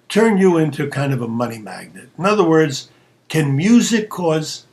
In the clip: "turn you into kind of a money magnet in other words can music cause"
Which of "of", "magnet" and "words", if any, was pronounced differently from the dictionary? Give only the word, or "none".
none